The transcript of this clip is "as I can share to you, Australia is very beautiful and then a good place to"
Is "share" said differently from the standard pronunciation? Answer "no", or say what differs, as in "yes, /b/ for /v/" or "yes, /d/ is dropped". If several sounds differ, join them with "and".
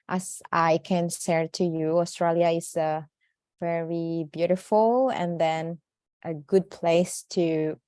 yes, /s/ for /ʃ/